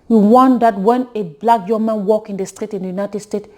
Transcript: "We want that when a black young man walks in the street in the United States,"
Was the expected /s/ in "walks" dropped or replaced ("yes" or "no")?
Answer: yes